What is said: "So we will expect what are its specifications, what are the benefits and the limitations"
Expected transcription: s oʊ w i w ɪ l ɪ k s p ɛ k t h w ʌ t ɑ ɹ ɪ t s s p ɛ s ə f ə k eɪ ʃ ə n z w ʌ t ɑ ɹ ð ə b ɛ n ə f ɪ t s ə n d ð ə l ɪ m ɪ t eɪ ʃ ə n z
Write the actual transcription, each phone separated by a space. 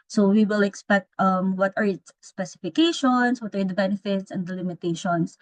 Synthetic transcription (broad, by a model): s oʊ w i w ɪ l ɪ k s p ɛ k t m w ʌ t ɑ ɹ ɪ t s s p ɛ s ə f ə k eɪ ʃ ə n s w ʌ t ɑ ɹ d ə b ɛ n ə f ɪ t s ə n d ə l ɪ m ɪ t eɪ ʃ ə n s